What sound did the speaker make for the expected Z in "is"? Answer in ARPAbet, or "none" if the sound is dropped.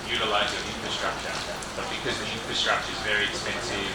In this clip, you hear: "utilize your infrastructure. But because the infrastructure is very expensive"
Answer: Z